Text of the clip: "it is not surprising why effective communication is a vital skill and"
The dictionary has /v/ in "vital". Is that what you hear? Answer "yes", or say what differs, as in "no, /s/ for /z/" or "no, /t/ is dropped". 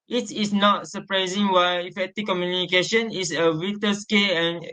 no, /w/ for /v/